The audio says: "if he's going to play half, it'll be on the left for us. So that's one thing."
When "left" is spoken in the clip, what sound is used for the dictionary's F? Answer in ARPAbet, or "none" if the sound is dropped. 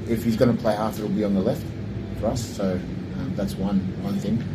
F